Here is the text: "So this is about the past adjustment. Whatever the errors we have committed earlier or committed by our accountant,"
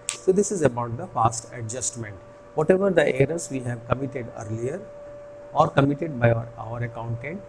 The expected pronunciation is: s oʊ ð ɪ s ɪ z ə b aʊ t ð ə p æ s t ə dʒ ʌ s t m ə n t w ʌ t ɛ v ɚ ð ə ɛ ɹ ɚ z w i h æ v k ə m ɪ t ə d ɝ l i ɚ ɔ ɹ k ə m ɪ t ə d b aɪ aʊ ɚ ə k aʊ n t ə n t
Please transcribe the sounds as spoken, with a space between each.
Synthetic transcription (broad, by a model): s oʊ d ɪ s ɪ z ə b aʊ t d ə f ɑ s t ə dʒ ʌ s t m ə n t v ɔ t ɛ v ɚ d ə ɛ ɹ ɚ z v i h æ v k ə m ɪ t ə d ɝ l i ɚ ɔ ɹ k ə m ɪ t ə d b aɪ aʊ ɚ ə k aʊ n t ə n t